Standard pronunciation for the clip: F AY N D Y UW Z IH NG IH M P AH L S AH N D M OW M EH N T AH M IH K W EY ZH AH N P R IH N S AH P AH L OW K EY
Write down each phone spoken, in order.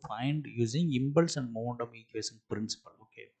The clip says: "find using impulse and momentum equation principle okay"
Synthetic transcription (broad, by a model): F AY N D Y UW Z IH NG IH M B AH L S AH N D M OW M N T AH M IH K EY S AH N P R IH N S AH P AH L OW K EY